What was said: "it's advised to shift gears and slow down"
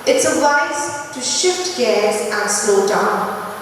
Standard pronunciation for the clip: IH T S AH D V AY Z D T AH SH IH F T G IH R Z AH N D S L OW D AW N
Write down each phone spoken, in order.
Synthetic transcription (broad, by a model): IH T S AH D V AY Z T AH SH IH F T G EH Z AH N S L OW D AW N